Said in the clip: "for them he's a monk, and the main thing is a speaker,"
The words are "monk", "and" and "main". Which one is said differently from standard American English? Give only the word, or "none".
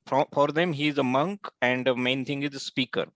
none